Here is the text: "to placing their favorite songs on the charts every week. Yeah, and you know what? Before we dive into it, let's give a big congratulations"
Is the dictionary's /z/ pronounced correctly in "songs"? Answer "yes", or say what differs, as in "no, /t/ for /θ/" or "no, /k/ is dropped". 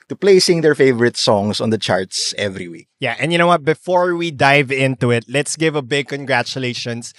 no, /s/ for /z/